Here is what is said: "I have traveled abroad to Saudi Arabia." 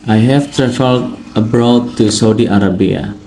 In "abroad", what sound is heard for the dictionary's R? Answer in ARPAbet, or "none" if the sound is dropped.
R